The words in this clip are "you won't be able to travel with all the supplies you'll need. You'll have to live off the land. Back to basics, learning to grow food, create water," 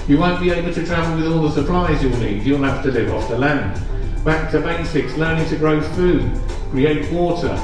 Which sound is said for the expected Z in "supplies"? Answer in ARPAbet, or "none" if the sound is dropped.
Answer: Z